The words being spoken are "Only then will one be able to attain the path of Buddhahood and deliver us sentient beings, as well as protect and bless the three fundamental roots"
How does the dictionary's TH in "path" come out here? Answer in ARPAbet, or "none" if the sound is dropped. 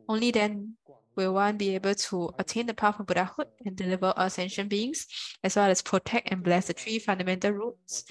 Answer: F